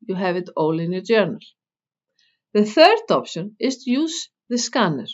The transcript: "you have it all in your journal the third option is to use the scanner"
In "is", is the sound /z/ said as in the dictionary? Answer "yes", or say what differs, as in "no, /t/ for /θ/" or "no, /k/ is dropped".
no, /s/ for /z/